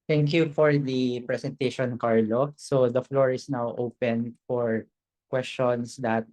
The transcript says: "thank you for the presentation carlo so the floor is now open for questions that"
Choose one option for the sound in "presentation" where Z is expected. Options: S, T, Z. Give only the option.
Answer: S